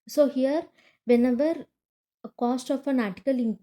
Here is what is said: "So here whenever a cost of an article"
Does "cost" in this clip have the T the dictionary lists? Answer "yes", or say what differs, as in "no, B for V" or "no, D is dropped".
yes